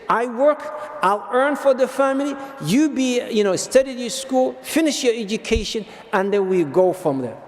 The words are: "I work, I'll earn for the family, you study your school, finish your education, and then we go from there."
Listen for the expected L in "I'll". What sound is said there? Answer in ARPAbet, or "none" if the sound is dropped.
L